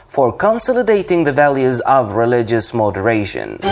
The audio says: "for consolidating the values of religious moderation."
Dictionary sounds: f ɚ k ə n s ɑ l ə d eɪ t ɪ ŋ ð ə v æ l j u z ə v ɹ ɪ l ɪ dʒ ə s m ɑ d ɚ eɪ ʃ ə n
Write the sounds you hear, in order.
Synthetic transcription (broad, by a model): f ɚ k ə n s ɑ l ə d eɪ t ɪ ŋ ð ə v æ l j u z ə v ɹ ɪ l ɪ dʒ ə s m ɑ d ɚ eɪ ʃ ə n